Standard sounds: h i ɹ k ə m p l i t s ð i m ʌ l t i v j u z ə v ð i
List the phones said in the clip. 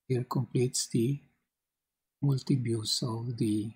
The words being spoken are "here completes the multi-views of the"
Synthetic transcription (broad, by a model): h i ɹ k ə m p l i t s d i m ʌ l t i b j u s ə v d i